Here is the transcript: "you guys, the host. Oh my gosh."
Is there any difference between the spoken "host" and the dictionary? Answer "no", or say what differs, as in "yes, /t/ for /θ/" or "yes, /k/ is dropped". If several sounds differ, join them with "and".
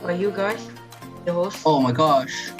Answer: yes, /t/ is dropped